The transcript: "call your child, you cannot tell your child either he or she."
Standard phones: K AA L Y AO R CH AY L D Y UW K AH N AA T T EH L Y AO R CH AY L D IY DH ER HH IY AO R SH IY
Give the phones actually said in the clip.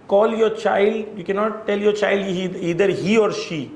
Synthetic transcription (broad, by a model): K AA L Y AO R CH AY L D Y UW K AH N AA T T EH L Y AO R CH AY L D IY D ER HH IY AO R SH IY